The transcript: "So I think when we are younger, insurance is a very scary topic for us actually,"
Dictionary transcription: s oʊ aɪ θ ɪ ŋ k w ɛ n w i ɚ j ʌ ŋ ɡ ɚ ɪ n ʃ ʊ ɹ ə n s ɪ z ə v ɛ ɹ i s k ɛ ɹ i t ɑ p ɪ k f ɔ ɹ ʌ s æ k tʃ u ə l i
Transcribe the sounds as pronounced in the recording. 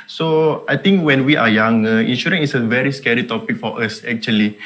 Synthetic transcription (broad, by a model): s oʊ aɪ t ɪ ŋ k w ɛ n w i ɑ j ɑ ŋ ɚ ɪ n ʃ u ɹ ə n ɪ s ə v ɛ ɹ i s k ɛ ɹ i t ɑ p ɪ k f ɔ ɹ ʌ s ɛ k tʃ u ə l i